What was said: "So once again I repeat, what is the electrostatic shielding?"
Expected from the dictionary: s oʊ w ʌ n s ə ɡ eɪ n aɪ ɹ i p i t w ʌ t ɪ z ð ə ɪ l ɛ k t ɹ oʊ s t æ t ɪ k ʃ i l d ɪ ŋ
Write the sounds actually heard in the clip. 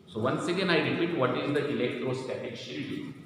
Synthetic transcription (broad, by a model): s oʊ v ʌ n s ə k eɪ n aɪ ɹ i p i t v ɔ t ɪ z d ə ɪ l ɛ k t ɹ oʊ s t æ t ɪ k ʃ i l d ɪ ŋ